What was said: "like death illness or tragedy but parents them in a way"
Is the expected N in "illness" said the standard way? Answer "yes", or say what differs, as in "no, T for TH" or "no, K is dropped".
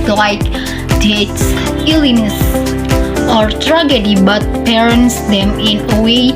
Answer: no, N is dropped